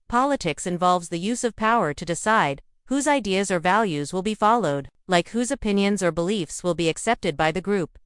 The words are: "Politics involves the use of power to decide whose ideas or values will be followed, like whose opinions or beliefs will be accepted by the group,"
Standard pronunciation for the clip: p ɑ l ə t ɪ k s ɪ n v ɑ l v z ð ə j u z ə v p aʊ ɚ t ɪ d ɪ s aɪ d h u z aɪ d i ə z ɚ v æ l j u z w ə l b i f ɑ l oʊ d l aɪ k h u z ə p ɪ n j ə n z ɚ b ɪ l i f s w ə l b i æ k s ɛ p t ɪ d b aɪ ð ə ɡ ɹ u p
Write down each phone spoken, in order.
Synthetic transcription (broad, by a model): p ɑ l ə t ɪ k s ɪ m v ɑ l v z ð ə j u z ə v p aʊ ɚ t ɪ d ɪ s aɪ d h u z aɪ d i ə z ɚ v æ l j u z w ə l b i f ɑ l oʊ d l aɪ k h u z ə p ɪ n j ə n z ɚ b ɪ l i f s w ə l b i æ k s ɛ p t ɪ d b aɪ ð ə ɡ ɹ u p